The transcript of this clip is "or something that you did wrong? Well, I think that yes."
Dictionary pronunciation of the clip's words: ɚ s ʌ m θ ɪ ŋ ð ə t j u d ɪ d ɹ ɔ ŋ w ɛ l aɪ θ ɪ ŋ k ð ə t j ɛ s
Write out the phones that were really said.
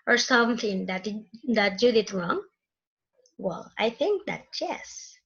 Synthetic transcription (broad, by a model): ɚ s ʌ m θ ɪ ŋ ð ə t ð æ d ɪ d ɹ ɔ ŋ w ɛ l aɪ θ ɪ ŋ k ð ə t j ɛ s